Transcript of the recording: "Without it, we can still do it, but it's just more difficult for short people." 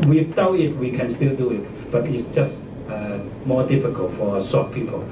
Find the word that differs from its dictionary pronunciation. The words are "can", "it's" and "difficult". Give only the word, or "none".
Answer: none